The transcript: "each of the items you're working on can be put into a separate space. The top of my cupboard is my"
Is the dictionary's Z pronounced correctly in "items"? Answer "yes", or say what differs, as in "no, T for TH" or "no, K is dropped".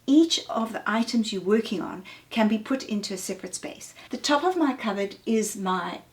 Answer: yes